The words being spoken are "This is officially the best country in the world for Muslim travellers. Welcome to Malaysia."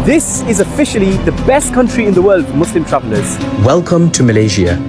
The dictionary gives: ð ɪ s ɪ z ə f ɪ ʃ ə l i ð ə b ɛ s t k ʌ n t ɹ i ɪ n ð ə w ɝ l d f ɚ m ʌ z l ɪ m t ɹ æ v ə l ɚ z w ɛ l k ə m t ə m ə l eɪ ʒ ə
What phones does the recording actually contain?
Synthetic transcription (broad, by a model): ð ɪ s ɪ z ə f ɪ ʃ ə l i ð ə b ɛ s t k ʌ n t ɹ i ɪ n ð ə w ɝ l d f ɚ m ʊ s l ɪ m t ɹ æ v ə l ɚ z w ɛ l k ə m t ə m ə l eɪ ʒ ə